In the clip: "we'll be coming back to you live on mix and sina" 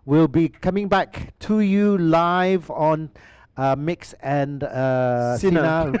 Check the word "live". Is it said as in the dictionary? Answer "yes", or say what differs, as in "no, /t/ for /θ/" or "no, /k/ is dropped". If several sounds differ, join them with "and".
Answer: yes